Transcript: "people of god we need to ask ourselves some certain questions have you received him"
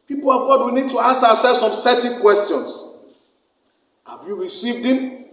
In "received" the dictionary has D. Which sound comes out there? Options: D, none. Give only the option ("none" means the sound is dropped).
D